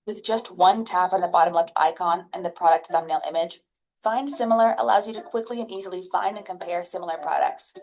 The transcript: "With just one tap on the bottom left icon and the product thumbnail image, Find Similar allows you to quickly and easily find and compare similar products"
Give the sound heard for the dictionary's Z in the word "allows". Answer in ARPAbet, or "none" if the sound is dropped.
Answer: Z